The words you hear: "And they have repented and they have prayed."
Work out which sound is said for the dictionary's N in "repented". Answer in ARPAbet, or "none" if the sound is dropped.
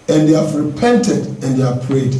N